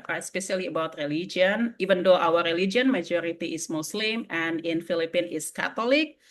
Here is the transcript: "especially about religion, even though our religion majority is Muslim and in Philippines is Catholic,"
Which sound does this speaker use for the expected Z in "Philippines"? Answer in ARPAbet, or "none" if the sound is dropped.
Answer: none